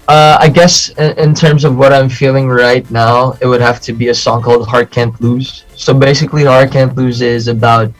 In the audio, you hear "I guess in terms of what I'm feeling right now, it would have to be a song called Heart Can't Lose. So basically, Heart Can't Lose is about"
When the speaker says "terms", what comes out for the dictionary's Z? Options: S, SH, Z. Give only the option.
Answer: Z